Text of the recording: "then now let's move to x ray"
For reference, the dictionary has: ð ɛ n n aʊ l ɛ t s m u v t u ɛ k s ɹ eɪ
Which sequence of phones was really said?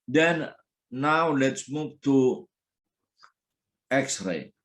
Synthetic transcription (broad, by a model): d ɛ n n aʊ l ɛ t s m u v t u ɛ k s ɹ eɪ